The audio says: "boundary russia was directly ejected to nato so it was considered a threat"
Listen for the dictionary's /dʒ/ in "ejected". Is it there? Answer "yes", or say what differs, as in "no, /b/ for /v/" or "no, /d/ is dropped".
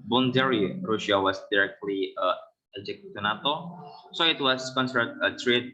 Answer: no, /dʒ/ is dropped